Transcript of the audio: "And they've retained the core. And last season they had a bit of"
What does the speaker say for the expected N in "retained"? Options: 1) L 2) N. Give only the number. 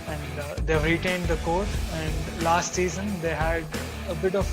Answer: 2